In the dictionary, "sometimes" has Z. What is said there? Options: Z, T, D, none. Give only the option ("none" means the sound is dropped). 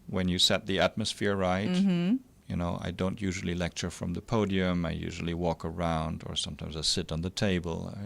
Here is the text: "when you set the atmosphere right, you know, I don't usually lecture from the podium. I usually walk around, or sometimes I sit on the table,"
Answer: Z